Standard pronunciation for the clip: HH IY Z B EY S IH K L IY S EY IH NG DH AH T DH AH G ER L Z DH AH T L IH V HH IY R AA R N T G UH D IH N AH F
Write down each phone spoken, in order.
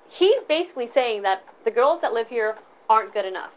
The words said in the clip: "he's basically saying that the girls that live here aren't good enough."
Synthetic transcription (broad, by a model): HH IY Z B EY S IH K L IY S EY IH NG DH AH T DH AH G ER L Z DH AH T L IH V HH IY R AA R N G UH D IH N AH F